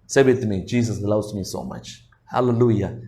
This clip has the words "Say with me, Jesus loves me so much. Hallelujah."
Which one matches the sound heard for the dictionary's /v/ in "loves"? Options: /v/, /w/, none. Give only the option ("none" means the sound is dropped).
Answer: /w/